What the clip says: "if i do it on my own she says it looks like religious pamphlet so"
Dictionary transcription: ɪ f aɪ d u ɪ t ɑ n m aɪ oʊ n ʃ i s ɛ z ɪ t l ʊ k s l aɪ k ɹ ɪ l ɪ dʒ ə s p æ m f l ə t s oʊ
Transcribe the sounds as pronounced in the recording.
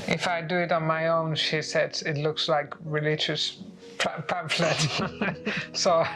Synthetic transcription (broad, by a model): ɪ f aɪ d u ɪ t ɑ n m aɪ oʊ n ʃ i s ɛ s ɪ t l ʊ k s l aɪ k ɹ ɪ l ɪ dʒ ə s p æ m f l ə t s oʊ